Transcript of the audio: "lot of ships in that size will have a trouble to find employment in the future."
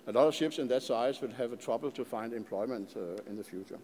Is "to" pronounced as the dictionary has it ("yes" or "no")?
yes